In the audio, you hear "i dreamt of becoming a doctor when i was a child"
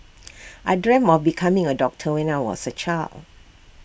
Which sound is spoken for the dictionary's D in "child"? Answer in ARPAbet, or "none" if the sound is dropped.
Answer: none